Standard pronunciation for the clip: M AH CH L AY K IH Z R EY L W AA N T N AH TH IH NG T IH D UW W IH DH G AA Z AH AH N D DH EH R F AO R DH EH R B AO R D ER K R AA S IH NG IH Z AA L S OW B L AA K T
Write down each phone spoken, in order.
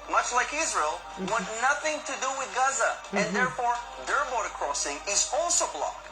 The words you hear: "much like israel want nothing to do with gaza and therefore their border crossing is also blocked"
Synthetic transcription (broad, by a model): M AH CH L AY K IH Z R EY L W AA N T N AH TH IH NG T IH D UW W IH DH G AA Z AH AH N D DH EH R F AO R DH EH R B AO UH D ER K R AA S IH NG IH Z AA L S OW B L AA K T